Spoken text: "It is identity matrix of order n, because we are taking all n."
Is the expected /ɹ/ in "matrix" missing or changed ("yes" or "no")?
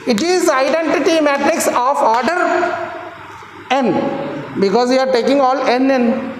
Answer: no